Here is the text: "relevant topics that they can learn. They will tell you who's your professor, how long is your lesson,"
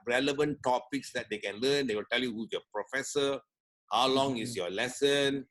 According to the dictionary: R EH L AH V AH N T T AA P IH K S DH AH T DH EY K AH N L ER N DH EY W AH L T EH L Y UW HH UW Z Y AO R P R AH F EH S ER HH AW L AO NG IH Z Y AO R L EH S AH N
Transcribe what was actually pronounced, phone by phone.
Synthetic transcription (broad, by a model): R EH L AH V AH N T T AA P IH K S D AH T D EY K AH N L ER N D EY W AH L T EH L Y UW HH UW Y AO P R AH F EH S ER HH AW L AO NG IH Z Y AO L EH S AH N